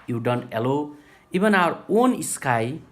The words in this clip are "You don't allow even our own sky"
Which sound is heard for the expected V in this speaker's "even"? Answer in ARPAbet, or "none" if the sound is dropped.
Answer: B